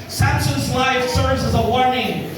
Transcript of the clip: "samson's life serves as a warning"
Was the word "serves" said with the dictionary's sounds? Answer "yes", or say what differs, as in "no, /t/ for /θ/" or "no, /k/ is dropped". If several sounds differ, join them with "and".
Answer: yes